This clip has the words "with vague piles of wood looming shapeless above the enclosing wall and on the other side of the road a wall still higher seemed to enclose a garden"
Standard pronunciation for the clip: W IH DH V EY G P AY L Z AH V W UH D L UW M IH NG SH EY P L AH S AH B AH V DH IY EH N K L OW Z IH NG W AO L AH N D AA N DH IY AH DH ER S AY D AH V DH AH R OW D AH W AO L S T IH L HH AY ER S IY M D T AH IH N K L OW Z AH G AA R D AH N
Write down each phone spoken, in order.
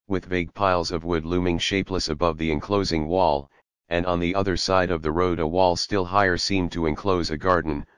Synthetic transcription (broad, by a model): W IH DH V EY G P AY L Z AH V W UH D L UW M IH NG SH EY P L AH S AH B AH V DH IY EH N K L OW Z IH NG W AO L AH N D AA N DH IY AH DH ER S AY D AH V DH AH R OW D AH W AO L S T IH L HH AY ER S IY M T AH IH N K L OW Z AH G AA R D N